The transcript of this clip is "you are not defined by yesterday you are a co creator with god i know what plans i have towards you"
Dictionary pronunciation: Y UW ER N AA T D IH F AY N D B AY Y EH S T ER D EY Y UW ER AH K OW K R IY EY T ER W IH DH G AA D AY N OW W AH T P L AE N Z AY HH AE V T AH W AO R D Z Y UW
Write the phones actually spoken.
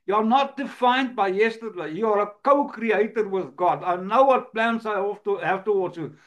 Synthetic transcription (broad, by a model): Y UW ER N AA T D IH F AY N D B AY Y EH S T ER D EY Y UW ER AH K OW K R IY EY T ER W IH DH G AA D AY N OW W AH T P L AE N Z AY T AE F T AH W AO L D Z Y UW